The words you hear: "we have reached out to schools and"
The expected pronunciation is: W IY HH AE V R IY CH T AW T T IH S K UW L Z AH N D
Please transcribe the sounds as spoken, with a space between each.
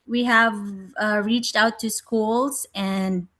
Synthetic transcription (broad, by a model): W IY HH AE V R IY CH T AW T T IH S K UW L Z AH N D